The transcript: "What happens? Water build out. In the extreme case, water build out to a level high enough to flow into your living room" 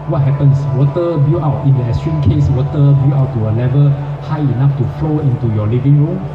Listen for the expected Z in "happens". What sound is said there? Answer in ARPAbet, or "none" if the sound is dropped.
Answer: S